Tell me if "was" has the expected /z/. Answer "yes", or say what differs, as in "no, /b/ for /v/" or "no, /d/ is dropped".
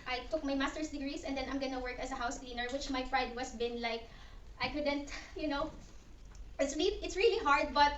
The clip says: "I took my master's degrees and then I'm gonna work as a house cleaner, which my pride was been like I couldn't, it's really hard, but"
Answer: no, /s/ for /z/